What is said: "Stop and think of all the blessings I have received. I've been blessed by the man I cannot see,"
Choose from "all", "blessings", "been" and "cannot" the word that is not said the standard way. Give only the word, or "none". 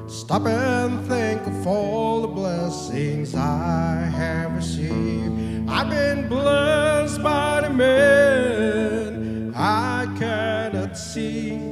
none